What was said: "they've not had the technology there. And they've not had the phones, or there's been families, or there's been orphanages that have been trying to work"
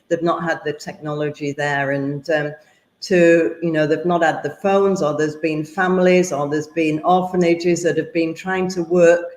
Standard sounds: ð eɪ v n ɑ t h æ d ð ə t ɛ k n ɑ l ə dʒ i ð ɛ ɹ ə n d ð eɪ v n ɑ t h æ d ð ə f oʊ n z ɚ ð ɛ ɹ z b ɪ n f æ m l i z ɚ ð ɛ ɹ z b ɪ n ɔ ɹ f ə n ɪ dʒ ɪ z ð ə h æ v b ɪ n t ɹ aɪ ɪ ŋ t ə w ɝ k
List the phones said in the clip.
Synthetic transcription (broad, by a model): ð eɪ v n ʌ t h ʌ d ð ə t ɛ k n ɑ l ə dʒ i ð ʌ ɹ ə n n ð eɪ v n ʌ t h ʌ d ð ə f oʊ n z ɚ ð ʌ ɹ z b ɪ n f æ m l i z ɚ ð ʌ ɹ z b ɪ n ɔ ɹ f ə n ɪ dʒ ɪ z ð ə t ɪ v b ɪ n t ɹ aɪ ɪ ŋ t ə w ɝ k